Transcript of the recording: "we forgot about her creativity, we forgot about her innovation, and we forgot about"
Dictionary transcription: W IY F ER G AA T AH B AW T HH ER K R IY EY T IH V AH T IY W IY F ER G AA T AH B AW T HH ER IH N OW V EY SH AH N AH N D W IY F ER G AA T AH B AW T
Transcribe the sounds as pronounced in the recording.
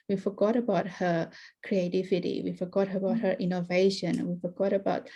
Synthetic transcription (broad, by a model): W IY F ER G AA T AH B AW T HH ER K R IY EY T IH V AH T IY W IY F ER G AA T AH B AW T HH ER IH N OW V EY AH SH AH N W IY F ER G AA T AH B AW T